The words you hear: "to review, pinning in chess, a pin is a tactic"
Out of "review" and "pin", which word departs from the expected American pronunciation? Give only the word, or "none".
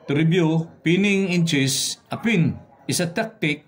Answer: review